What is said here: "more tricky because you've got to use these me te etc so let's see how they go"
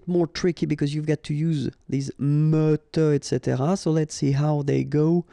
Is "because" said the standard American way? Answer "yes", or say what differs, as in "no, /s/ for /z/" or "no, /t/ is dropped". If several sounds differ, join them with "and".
yes